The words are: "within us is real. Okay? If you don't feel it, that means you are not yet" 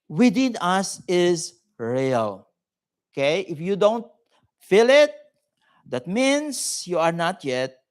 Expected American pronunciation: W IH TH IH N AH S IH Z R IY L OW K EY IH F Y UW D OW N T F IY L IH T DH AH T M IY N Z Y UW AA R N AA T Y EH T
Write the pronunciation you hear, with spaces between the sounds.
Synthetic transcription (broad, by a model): W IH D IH N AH S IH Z R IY L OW K EY IH F Y UW D OW N T F IY L IH T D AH T M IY N S Y UW AA R N AA T Y EH T